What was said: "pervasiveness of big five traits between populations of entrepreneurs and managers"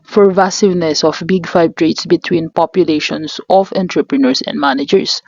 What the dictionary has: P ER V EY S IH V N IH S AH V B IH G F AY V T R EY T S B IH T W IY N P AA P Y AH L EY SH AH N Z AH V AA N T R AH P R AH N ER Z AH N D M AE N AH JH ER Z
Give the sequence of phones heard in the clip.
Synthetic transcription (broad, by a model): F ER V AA S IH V N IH S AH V B IH G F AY B T R EY T S B IH T W IY N P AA P Y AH L EY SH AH N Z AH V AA N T R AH P R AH N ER S AH N D M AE N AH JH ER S